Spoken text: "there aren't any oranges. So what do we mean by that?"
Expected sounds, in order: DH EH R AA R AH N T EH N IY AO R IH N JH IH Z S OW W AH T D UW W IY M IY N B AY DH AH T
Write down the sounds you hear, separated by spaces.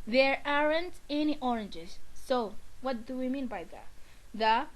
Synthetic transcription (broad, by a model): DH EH R AA R AH N T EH N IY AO R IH N JH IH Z S OW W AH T D UW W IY M IY N B AY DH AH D